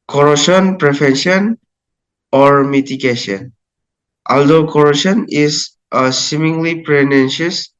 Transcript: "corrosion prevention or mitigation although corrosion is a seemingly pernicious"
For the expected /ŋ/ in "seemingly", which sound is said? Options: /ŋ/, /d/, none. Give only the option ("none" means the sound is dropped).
/ŋ/